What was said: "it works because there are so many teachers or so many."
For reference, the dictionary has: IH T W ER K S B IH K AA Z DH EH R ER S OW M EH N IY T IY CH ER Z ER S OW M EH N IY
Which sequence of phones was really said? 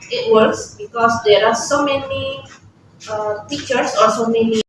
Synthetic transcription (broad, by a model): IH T W ER K S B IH K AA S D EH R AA S OW M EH N IY T IY CH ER S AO S OW M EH N IY